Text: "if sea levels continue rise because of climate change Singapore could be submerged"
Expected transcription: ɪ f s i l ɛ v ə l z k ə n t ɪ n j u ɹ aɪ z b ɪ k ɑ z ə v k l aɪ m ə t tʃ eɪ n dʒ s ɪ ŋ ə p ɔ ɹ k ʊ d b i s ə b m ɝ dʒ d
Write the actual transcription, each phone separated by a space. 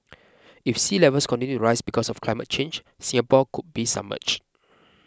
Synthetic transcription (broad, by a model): ɪ f s i l ɛ v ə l s k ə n t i n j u ɹ aɪ s b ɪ k ɑ s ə f k l aɪ m ə t tʃ eɪ n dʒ s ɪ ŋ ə p ɔ k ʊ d b i s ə m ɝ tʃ